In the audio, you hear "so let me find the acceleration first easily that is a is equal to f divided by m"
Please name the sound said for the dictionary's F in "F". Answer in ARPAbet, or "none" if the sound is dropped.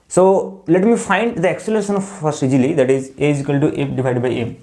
P